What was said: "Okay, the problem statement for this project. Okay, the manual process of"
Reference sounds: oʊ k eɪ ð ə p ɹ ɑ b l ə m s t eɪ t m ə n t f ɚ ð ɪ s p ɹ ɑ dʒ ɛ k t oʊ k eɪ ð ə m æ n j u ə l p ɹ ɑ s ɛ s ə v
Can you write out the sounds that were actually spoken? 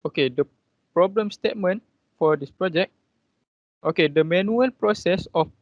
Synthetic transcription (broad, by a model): oʊ k eɪ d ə p ɹ ɑ b l ə m s t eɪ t m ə n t f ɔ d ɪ s p ɹ ɑ dʒ ɛ k t oʊ k eɪ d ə m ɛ n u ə l p ɹ ɑ s ɛ s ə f